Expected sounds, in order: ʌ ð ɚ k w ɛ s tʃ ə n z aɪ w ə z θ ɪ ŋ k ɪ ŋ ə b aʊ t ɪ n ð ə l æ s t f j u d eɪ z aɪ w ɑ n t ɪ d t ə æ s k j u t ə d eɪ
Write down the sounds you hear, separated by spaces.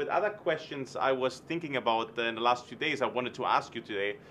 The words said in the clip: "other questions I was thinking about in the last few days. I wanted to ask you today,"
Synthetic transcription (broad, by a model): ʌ ð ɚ k w ɛ s tʃ ə n z aɪ w ə z θ ɪ ŋ k ɪ ŋ ə b aʊ t ɪ n ð ə l æ s t f j u d eɪ z aɪ w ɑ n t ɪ d t ə æ s k j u t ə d eɪ